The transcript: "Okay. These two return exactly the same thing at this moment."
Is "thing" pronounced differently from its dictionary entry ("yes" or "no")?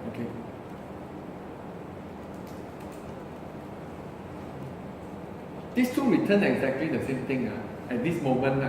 yes